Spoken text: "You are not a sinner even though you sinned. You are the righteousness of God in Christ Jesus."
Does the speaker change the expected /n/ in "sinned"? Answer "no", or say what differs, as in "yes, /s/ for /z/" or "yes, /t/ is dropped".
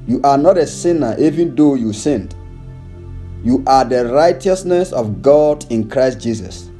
no